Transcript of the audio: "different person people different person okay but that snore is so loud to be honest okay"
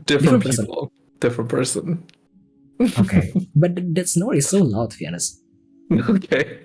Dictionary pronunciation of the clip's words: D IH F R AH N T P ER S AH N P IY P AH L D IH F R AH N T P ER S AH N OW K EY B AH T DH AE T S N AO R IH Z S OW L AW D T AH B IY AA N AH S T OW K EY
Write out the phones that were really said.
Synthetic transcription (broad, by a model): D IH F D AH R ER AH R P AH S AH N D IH F R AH N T P ER S AH N OW K EY B AH T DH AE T S N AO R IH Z S OW L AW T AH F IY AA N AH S OW K EY